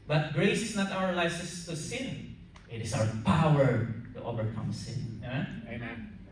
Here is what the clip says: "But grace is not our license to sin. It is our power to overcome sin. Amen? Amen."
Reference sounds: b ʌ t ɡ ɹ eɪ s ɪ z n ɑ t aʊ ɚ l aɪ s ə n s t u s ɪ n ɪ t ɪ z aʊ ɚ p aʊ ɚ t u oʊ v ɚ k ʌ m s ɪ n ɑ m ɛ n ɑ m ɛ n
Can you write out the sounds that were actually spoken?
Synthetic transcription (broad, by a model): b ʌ t ɡ ɹ eɪ s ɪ s n ɑ t aʊ ɚ l aɪ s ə s t u s ɪ n ɪ t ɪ s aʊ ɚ p aʊ ɚ t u oʊ v ɚ k ʌ m s ɪ n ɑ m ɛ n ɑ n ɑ